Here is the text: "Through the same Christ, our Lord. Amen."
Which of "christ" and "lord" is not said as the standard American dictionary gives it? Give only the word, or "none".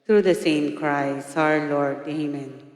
christ